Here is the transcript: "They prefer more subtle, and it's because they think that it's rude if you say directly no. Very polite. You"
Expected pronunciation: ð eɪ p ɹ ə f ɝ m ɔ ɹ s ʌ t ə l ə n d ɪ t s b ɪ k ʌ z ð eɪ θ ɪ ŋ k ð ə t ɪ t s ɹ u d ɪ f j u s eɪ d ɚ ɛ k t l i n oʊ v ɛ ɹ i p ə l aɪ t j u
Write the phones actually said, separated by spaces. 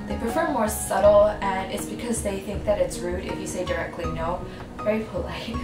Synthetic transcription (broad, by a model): ð eɪ p ɹ ə f ɝ m ɔ ɹ s ʌ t l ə n ɪ t s b ɪ k ʌ z ð eɪ θ ɪ ŋ k ð ə t ɪ t s ɹ u d ɪ f j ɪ s eɪ d ɚ ɛ k t l i n oʊ v ɛ ɹ i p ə l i